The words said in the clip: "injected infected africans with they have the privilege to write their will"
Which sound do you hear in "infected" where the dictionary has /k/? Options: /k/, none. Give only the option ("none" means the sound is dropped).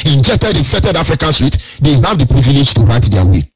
none